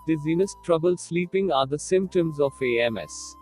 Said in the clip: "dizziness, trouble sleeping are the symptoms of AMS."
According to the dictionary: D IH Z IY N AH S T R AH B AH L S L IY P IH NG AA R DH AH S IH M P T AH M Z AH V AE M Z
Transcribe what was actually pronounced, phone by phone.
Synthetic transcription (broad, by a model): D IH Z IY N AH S T R AH B AH L S L IY P IH NG AA R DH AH S IH M P T AH M Z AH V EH M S